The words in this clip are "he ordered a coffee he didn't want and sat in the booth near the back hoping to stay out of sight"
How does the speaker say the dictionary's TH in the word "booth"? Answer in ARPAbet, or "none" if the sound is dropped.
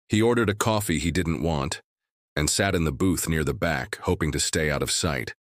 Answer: TH